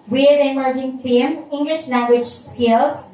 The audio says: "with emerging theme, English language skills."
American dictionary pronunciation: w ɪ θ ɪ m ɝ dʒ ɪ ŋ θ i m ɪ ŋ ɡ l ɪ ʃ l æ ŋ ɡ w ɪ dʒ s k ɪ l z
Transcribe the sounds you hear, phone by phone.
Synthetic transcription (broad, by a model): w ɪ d ɪ m ɝ dʒ ɪ ŋ f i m ɪ ŋ ɡ l ɪ ʃ l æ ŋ ɡ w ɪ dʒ s k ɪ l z